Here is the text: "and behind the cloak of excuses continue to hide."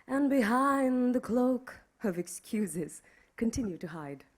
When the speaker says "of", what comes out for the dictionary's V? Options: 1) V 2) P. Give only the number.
1